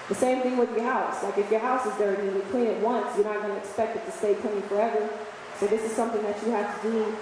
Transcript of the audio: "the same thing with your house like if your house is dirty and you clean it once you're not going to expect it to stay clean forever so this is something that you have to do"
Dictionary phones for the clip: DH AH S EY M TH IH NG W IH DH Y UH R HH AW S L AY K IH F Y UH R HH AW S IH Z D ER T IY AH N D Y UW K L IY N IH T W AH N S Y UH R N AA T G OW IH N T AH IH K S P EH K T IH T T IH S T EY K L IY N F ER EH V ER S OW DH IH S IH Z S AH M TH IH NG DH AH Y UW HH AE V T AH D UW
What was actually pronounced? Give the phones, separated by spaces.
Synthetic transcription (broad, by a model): DH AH S EY M TH IH NG W IH DH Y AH R HH AW S L AY K IH F Y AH R HH AW S IH Z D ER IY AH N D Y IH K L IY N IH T W AH N S Y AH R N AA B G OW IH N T IH K S P EH K T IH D T IH S T EY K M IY F ER EH V ER S OW DH IH S IH Z S AH M TH IH NG DH AH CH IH HH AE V T AH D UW